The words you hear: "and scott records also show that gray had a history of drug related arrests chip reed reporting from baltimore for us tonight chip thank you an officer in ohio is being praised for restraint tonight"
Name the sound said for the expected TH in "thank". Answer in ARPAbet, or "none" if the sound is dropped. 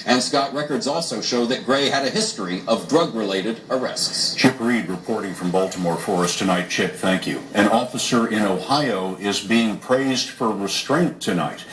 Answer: TH